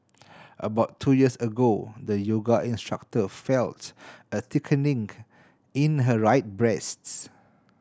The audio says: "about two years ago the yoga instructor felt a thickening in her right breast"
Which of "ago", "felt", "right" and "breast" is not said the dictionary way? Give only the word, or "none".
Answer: none